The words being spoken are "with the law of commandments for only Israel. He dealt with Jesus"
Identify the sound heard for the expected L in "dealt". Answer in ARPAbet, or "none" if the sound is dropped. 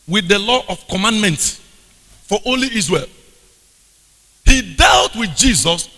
L